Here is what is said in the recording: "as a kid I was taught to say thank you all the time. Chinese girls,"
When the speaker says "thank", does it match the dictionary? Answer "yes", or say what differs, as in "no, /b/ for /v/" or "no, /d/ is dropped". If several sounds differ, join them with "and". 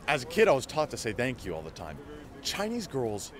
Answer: yes